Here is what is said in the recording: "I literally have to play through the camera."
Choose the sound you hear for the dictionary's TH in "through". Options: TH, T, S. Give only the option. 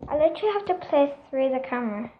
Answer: S